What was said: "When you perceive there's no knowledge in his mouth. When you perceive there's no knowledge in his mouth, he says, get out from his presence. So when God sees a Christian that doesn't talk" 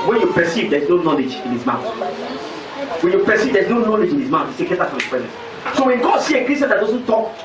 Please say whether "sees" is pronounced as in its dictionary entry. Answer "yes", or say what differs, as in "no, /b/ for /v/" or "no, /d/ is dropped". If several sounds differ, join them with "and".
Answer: no, /z/ is dropped